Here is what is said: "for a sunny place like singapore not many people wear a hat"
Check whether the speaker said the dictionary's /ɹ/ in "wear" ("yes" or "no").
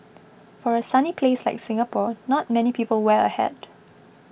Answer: no